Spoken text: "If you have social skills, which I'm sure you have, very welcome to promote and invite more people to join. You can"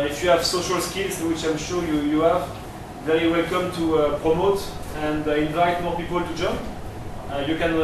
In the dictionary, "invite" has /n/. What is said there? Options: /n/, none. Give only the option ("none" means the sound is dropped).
/n/